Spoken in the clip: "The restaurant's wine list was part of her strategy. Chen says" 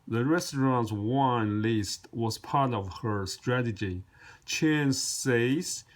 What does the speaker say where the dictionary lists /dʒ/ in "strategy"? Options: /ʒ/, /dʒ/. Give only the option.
/dʒ/